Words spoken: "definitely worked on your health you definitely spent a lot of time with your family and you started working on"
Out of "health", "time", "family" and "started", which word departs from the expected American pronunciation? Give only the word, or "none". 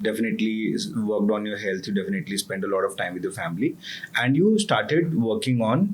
health